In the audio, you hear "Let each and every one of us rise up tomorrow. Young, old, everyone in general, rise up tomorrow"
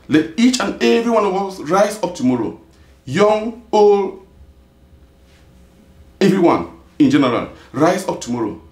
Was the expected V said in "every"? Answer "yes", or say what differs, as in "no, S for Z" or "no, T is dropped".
yes